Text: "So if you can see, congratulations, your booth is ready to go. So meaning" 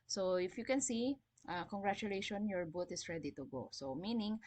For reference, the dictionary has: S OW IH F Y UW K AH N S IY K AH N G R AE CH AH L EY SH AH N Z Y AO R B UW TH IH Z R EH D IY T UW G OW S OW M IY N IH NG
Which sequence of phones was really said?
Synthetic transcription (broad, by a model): S OW IH F Y UW K AH N S IY K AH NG G R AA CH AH L EY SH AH N Y AO R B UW T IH S R EH D IY T UW G OW S OW M IY N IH NG